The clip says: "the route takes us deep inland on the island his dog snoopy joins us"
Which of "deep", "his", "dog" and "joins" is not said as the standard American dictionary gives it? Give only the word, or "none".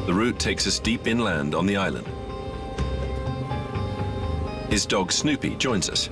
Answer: none